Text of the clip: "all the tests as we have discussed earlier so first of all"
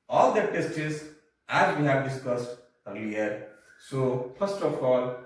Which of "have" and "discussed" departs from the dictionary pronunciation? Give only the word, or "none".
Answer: none